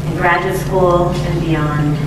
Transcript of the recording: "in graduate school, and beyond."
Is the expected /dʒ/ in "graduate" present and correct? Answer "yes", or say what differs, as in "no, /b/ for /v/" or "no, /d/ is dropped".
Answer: yes